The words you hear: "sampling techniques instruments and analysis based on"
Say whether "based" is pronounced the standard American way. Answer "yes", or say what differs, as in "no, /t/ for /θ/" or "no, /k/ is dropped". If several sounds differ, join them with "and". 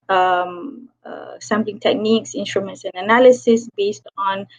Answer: yes